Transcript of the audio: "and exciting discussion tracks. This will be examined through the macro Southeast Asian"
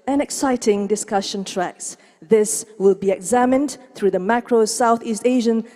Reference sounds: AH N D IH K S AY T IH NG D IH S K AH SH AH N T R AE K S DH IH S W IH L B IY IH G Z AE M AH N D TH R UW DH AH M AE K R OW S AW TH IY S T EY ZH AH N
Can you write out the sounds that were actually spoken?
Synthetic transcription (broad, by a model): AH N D IH K S AY T IH NG D IH S K AH SH AH N T R AE K S DH IH S W IH L B IY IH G Z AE M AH N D TH R UW DH AH M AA K R OW S AW TH IY S T EY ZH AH N